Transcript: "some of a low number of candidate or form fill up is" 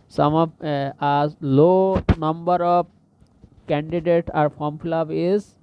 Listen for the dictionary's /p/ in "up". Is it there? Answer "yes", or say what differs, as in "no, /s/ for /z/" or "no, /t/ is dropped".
no, /b/ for /p/